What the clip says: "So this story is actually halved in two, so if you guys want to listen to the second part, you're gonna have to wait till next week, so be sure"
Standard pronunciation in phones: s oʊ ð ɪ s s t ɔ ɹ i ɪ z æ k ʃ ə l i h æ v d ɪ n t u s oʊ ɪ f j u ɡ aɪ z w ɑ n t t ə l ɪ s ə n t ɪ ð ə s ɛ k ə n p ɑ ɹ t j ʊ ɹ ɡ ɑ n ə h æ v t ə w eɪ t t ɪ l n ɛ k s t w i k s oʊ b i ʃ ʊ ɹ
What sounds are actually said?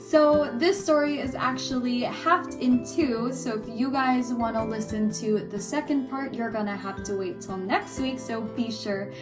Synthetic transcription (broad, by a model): s oʊ ð ɪ s s t ɔ ɹ i ɪ z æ k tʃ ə l i h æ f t ɪ n t u s oʊ ɪ f j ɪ ɡ aɪ z w ɑ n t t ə l ɪ s ə n t ɪ ð ə s ɛ k ə n p ɑ ɹ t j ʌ ɹ ɡ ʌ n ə h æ f t ə w eɪ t t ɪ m n ɛ k s t w i k s oʊ b i ʃ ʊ ɹ